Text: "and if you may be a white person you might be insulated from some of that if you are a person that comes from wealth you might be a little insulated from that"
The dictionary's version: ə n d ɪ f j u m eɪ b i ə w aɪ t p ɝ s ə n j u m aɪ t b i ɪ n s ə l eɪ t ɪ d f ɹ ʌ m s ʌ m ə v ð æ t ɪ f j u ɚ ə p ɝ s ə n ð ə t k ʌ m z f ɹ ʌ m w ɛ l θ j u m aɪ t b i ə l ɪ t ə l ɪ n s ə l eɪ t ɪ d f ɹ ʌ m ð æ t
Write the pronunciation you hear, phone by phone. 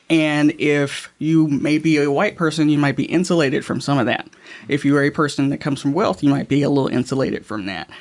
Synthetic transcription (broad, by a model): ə n ɪ f j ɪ m eɪ b i ə w aɪ t p ɝ s ə n j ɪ m aɪ t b i ɪ n s ə l eɪ t ɪ d f ɹ ʌ m s ʌ m ə v ð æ t ɪ f j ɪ ɚ ə p ɝ s ə n ð ə t k ʌ m z f ɹ ʌ m w ɛ l θ j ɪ m aɪ t b i ə l ɪ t l ɪ n s ə l eɪ t ɪ d f ɹ ʌ m ð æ t